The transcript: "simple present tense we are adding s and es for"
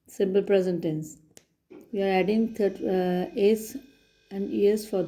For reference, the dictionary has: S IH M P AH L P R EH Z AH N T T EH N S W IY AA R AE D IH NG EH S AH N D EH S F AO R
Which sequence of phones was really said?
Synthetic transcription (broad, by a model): S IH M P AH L P R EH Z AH N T T EH N S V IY AA R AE D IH NG EH S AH N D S F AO R